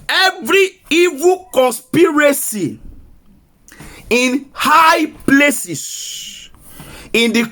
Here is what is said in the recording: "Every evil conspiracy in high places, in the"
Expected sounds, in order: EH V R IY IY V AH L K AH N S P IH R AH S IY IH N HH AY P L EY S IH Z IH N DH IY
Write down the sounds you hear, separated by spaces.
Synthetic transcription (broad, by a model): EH V R IY IY V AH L K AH N S P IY R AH S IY IH N HH AY P L EY S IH S IH N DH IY